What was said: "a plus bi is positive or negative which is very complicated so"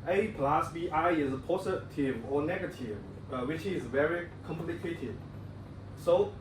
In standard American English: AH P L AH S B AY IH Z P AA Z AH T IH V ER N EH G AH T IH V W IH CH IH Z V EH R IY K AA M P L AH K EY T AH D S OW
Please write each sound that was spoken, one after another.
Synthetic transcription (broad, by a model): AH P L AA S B AY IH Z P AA S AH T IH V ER N EH G AH T IH V W IH CH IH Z V EH R IY K AA M P L AH K EY T AH D S OW